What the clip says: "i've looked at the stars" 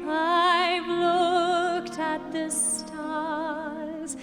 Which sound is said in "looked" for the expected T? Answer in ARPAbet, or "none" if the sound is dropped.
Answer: T